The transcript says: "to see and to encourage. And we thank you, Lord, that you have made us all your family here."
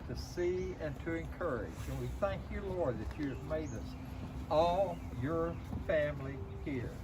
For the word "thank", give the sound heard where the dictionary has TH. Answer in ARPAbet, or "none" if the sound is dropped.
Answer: TH